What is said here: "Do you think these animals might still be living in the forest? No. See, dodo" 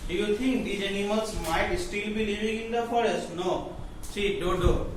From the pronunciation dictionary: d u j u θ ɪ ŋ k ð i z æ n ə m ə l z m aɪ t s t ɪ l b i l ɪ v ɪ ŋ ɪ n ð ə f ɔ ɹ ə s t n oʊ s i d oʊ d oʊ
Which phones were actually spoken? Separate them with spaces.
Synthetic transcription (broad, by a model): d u j u t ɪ ŋ k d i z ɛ n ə m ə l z m aɪ t s t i l b i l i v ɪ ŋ ɪ n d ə f ɔ ɹ ə s t n oʊ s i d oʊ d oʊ